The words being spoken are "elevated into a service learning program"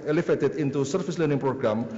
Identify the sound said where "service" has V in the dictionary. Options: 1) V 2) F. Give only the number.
2